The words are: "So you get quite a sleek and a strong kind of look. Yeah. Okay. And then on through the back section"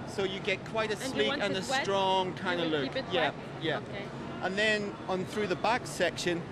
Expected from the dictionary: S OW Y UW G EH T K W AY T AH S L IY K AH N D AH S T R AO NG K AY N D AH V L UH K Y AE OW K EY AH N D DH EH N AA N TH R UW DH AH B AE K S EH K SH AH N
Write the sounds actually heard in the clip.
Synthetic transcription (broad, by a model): S OW Y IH G EH T K W AY T AH S L IY AH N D AH S T R AO NG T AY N AH L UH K Y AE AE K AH N DH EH N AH N TH R UW DH AH B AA K S EH K SH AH N